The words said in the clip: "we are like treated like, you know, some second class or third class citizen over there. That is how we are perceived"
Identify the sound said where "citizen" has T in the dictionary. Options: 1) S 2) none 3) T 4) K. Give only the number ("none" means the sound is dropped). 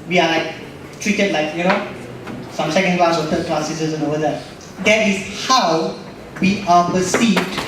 1